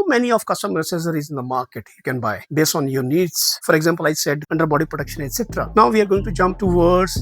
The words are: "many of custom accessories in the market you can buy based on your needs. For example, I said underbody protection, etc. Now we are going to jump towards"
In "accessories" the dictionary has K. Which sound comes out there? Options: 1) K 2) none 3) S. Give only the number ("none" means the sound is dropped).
2